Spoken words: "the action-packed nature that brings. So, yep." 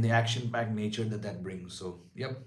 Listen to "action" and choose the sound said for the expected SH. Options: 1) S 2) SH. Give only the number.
2